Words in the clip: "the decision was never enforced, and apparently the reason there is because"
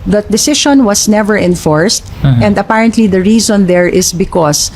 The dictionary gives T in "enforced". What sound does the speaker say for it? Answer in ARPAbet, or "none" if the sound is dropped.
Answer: T